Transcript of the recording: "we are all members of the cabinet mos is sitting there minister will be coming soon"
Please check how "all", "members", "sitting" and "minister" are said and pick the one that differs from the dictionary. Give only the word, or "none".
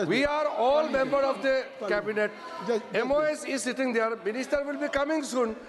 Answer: members